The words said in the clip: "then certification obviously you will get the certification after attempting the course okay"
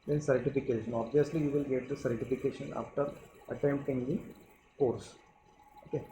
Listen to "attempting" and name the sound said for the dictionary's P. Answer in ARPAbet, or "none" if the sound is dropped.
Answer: none